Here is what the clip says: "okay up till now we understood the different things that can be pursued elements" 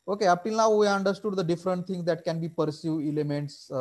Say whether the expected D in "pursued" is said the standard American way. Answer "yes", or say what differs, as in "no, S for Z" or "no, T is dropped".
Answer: no, D is dropped